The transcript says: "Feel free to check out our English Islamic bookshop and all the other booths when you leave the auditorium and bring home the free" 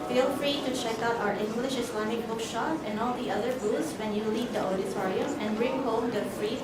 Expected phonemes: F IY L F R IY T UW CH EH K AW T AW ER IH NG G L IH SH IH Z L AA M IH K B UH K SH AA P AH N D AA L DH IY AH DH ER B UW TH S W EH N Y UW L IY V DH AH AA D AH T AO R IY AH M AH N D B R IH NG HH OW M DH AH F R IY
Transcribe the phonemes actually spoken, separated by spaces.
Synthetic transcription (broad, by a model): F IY L F R IY T UW CH EH K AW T AW ER IH NG G L IH SH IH S L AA M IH K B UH K SH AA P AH N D AA L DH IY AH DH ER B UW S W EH N Y UW L IY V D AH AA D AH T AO R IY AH AH N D B R IH NG HH OW M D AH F R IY